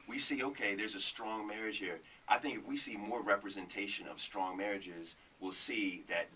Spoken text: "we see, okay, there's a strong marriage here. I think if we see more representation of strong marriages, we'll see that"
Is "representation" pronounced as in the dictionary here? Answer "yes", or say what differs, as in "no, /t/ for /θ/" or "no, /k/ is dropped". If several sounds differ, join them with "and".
yes